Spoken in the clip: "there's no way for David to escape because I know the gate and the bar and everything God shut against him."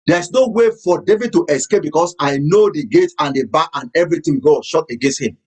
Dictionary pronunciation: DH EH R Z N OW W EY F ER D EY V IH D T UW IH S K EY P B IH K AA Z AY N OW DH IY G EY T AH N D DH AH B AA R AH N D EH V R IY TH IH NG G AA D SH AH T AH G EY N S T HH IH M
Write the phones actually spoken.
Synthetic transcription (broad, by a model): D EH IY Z N OW W EY F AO D EY V IH D T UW IH S K EY P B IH K AA S AY N OW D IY G EY T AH N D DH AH B AA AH N EH V R IY T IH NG G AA SH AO T AH G EY N S T HH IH M